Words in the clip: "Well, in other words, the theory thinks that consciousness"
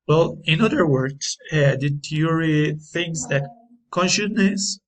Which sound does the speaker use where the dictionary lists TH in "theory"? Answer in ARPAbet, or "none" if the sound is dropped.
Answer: T